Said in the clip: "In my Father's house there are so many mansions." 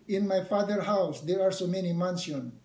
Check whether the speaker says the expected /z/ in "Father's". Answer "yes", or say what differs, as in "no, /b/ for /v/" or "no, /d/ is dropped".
no, /z/ is dropped